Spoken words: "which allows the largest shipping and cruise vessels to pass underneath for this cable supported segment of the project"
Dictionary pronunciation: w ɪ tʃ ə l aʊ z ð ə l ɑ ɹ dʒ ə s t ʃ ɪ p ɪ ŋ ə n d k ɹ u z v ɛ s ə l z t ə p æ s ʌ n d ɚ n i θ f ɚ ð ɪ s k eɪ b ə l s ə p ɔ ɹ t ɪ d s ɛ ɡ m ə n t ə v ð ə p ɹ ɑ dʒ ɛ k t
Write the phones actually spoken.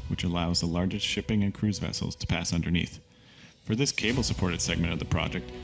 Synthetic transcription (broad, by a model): w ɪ tʃ ə l aʊ z ð ə l ɑ ɹ dʒ ə s t ʃ ɪ p ɪ ŋ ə n k ɹ u z v ɛ s l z t ə p æ s ʌ n d ɚ n i θ f ɚ ð ɪ s k eɪ b l s ə p ɔ ɹ t ɪ d s ɛ ɡ m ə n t ə v ð ə p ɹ ɑ dʒ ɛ k t